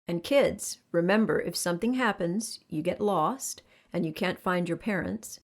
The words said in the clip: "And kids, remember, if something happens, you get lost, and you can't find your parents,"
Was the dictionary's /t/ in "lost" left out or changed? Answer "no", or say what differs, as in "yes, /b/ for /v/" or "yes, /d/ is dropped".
no